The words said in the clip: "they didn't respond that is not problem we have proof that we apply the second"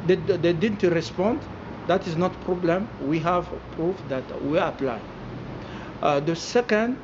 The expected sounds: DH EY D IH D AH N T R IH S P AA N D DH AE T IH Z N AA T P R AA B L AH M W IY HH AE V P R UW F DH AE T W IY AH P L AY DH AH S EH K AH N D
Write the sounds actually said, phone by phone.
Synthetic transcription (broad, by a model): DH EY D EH D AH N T R IH S P AA N D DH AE T IH Z N AA T P R AA B L AH M W IY HH AE V P R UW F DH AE T W IY AH P L AY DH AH S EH K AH N D